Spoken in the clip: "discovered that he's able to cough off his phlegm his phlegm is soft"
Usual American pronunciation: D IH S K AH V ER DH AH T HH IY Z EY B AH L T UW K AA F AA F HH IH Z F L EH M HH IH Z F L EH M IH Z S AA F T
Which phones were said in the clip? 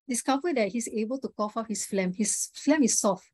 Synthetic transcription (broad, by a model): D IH S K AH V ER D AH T HH IY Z EY B AH L T UW K AA F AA P HH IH S F L EH M HH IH S F L EH M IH S AA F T